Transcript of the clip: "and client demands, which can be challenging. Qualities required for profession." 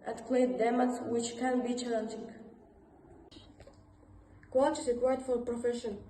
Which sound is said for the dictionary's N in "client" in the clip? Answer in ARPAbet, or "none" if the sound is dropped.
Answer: none